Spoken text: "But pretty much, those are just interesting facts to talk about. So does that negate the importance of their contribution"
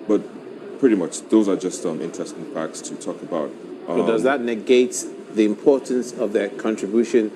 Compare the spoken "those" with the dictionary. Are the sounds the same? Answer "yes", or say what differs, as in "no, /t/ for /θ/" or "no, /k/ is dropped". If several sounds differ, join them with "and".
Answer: yes